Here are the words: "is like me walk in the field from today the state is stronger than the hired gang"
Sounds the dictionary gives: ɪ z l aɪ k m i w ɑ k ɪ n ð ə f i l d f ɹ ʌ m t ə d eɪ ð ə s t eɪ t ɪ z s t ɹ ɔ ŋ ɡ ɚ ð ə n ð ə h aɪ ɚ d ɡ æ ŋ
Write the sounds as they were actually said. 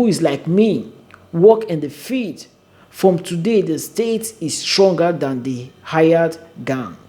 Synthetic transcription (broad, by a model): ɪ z l aɪ k m i w ɑ k ɪ n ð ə f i d f ɹ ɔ m t ə d eɪ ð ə s t eɪ t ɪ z s t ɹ ɔ ŋ ɡ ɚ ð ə n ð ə h aɪ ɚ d ɡ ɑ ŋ